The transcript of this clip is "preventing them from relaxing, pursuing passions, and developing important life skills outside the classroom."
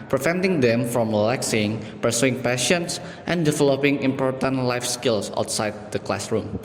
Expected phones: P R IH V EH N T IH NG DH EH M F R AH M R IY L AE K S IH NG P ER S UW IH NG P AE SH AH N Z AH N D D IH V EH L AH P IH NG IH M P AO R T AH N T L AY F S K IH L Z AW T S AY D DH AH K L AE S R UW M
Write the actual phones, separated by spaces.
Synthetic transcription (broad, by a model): P R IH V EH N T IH NG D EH M F R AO M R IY L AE K S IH NG P ER S UW IH NG P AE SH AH N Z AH N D D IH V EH L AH P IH NG IH M P AO R T AH N T L AY F S K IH L S AW T S AY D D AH K L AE S R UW M